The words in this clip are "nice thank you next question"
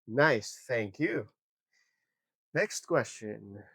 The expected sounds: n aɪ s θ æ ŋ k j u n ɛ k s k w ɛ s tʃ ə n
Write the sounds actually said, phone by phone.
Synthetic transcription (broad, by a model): n aɪ s θ æ ŋ k j u n ɛ k s k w ɛ s tʃ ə n